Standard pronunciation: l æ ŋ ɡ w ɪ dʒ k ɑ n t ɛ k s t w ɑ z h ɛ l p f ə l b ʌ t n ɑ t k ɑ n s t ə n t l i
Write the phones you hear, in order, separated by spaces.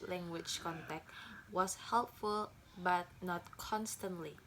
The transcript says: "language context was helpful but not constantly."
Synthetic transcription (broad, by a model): l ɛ ŋ ɡ w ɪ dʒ k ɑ n t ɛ k t w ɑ s h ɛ l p f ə l b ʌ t n ɑ t k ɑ n s t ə n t l i